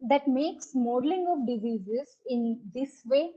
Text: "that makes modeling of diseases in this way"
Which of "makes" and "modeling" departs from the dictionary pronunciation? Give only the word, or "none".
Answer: none